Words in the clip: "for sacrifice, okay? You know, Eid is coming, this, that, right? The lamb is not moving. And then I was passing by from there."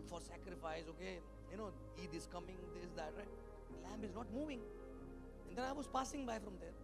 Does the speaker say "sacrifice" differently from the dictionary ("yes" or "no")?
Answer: no